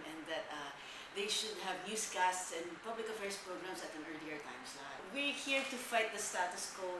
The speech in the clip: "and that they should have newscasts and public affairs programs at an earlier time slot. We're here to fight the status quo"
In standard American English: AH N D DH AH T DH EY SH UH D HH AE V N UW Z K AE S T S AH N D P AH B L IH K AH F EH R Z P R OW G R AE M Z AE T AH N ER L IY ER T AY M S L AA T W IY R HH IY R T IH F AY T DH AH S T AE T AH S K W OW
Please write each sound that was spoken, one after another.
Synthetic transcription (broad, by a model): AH N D DH AH T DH EY SH UH D HH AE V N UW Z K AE S T S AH N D P AH B L IH K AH F EH R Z P R OW G R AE M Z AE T AH N ER L IY ER T AY M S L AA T W IY R HH IY R T IH F AY T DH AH S T AE T AH S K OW